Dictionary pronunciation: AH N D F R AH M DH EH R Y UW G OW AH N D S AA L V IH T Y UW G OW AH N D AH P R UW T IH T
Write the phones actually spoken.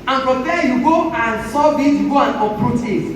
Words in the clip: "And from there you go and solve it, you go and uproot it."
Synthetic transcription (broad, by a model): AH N F R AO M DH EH Y UW G OW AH N S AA V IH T Y UW G OW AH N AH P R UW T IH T